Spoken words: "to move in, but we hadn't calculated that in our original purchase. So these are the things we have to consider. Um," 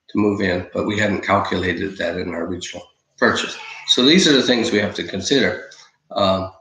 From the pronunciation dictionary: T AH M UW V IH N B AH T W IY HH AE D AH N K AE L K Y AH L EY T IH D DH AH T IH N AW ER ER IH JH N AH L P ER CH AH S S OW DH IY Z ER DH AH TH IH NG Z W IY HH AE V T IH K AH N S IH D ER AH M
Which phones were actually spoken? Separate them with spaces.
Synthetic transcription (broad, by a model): T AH M UW V IH N B AH T W IY HH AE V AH N K AE L K Y AH L EY T IH D DH AH T IH N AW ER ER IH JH N L P ER CH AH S S OW DH IY Z ER DH AH TH IH NG Z W IY HH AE F T IH K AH N S IH D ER AH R